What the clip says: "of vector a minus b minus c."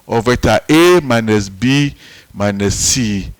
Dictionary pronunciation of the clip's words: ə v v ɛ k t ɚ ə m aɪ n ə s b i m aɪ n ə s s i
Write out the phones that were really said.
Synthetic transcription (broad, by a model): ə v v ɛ t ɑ ə m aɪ n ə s b i m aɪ n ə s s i